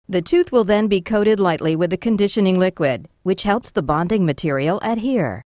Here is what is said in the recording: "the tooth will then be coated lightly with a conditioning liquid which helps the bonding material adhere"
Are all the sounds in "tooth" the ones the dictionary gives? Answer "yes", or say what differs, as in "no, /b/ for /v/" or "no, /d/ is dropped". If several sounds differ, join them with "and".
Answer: yes